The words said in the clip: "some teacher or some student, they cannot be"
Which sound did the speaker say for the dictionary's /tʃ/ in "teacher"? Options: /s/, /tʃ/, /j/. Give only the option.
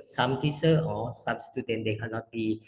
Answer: /s/